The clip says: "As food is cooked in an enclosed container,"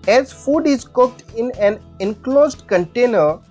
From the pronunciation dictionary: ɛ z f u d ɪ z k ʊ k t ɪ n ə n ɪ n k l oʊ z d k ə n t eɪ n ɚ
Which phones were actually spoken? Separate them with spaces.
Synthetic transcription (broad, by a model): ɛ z f u d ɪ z k ʊ k t ɪ n ə n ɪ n k l oʊ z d k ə n t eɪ n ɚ